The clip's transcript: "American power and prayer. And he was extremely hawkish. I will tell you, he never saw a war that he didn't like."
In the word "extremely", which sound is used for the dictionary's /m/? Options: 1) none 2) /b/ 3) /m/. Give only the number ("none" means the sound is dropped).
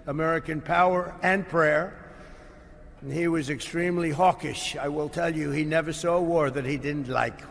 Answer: 3